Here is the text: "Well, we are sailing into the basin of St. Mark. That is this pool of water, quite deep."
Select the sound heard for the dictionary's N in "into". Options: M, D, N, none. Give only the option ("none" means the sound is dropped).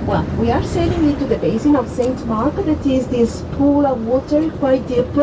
none